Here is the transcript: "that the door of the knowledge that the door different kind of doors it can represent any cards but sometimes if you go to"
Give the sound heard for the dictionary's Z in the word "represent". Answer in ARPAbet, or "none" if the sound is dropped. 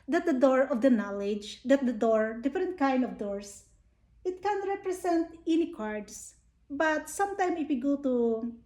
S